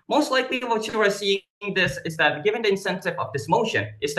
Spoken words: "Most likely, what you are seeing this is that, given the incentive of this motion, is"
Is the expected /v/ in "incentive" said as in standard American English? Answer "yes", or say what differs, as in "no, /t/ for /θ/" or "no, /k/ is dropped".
yes